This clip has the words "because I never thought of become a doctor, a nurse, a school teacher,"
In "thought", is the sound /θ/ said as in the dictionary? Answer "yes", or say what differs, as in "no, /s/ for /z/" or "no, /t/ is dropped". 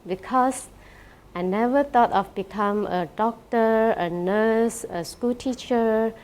no, /t/ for /θ/